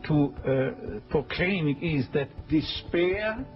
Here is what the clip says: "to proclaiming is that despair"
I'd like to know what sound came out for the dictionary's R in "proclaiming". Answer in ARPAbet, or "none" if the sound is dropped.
none